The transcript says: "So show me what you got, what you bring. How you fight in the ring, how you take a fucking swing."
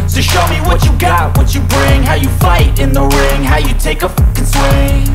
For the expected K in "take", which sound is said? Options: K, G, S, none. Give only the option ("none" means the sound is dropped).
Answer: none